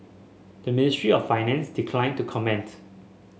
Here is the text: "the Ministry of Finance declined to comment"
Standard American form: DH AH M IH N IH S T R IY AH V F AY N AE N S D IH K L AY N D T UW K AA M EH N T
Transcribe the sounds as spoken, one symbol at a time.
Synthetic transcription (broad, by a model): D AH M IH N IH S T R IY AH F AY N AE N S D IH K L AY N T UW K AA M EH N T